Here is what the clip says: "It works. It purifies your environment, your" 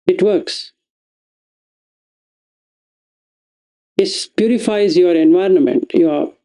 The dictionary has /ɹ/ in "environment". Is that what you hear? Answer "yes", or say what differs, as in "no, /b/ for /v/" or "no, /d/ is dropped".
yes